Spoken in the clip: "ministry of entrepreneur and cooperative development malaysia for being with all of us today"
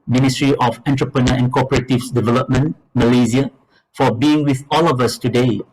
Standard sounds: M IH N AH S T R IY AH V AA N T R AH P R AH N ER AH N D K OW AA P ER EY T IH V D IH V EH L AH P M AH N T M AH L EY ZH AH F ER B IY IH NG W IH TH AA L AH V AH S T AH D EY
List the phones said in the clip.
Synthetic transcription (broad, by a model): M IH N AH S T R IY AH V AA N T R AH P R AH N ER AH N K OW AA P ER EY T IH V D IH V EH L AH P M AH N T M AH L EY Z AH F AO B IY IH NG W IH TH AA L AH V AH S T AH D EY